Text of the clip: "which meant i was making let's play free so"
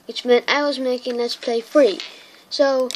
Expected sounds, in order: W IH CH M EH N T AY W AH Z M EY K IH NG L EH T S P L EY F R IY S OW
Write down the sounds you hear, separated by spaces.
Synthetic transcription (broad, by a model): W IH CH M EH N T AY W AH Z M EY K IH NG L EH T S P L EY F R IY S OW